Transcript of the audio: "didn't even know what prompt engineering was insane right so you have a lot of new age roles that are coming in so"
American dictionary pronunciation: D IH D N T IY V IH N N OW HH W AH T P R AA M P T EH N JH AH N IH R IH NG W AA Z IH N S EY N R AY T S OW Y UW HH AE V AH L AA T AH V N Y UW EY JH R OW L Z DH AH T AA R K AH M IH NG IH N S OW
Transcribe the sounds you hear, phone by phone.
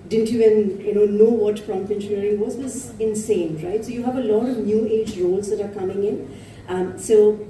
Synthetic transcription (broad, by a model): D IH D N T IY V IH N N OW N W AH T F R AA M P EH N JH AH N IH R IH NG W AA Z IH N S EY N R AY T S OW Y UW HH AE V AH L AA T AH V N Y UW EY JH R OW L Z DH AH T AA R K AH M IH NG IH N S OW